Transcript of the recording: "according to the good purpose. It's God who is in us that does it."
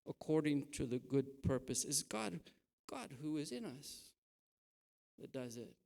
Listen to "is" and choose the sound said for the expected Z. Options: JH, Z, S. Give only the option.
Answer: Z